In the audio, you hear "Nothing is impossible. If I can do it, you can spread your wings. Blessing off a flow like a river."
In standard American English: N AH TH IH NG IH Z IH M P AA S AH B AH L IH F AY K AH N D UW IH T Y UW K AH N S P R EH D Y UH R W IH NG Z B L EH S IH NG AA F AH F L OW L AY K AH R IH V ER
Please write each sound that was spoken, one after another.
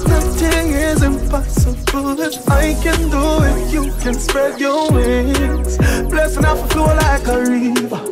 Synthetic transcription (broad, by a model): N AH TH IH NG IH Z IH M P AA S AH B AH L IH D AY K AH N D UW IH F Y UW K AH N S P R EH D Y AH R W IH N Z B L EH S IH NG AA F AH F OW L AY K AH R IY